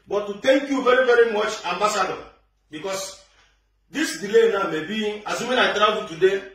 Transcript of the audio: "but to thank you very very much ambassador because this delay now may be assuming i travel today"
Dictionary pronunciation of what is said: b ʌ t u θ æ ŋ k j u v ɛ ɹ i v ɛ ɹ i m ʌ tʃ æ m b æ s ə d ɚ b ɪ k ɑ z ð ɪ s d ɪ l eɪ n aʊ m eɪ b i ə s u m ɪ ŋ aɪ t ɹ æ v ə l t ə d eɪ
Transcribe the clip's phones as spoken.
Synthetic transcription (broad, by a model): b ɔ t u t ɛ ŋ k j u v ɛ ɹ i v ɛ ɹ i m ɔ tʃ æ m b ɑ s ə d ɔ b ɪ k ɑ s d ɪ s d ɪ l eɪ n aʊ m eɪ b i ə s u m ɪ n aɪ t ɹ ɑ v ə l t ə d eɪ